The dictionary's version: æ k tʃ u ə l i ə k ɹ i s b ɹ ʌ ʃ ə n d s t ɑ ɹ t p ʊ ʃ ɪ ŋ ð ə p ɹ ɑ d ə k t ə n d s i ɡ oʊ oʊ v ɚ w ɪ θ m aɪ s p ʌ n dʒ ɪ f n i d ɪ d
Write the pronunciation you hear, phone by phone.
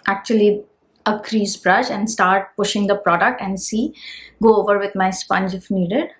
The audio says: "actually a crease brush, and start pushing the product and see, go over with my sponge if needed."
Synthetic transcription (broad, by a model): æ k tʃ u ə l i ə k ɹ i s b ɹ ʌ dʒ ə n d s t ɑ ɹ t p ʊ ʃ ɪ ŋ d ə p ɹ ɑ d ə k t ə n d s i ɡ oʊ oʊ v ɚ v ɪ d m aɪ s p ʌ n dʒ ɪ f n i d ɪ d